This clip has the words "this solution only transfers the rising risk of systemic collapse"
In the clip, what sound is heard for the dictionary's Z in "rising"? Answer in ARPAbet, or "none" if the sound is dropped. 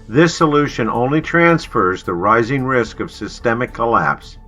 Z